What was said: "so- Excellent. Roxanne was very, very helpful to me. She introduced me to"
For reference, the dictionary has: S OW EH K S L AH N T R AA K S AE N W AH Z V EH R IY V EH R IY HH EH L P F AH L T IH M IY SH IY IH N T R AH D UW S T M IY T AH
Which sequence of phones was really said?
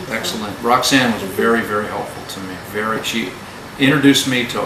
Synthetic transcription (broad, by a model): EH K S L AH N T R AA K S AE N W AH Z V EH R IY V EH R IY HH EH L P F L T IH M IY SH IY IH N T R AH D UW S M IY T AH